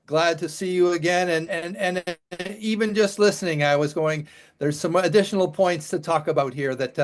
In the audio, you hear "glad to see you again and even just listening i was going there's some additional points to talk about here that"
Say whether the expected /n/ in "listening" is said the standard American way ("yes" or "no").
yes